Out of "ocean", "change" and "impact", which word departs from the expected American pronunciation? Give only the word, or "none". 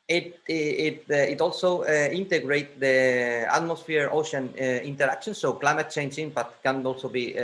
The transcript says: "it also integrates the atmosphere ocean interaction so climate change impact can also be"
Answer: impact